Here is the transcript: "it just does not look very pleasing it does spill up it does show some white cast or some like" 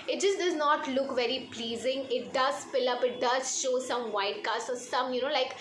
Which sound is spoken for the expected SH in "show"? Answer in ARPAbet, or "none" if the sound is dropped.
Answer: SH